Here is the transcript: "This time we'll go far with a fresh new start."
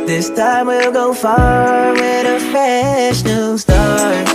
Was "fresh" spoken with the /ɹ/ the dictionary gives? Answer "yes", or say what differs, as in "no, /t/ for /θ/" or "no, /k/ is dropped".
no, /ɹ/ is dropped